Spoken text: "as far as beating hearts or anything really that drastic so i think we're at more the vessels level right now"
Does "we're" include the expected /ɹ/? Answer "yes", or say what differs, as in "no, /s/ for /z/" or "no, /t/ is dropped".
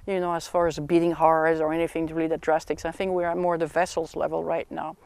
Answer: yes